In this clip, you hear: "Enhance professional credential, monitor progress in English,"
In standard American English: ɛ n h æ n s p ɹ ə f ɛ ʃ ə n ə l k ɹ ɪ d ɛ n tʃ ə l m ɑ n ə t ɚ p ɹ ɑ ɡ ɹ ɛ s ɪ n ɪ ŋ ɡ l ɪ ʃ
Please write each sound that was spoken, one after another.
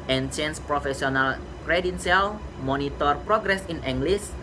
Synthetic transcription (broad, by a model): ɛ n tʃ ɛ n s p ɹ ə f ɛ s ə n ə l k ɹ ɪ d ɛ n s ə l m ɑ n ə t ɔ p ɹ ɑ ɡ ɹ ɛ s ɪ n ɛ ŋ ɡ l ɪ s